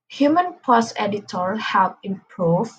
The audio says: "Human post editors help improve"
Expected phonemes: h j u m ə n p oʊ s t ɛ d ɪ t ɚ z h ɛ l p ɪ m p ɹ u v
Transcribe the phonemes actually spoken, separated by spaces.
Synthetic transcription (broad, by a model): h j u m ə n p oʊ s ɛ d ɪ t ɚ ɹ h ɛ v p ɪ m p ɹ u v